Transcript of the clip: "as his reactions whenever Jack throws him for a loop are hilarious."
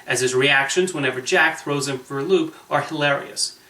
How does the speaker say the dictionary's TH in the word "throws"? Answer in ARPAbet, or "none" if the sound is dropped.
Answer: TH